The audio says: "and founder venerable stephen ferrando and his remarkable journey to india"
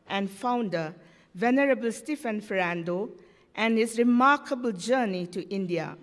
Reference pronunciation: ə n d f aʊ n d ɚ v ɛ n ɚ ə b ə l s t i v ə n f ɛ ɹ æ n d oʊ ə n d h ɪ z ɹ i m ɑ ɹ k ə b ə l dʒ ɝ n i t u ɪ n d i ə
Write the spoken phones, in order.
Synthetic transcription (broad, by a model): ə n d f aʊ n d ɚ v ɛ n ɚ ə b ə l s t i f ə n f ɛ ɹ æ n d oʊ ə n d h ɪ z ɹ i m ɑ ɹ k ə b ə l dʒ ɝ n i t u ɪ n d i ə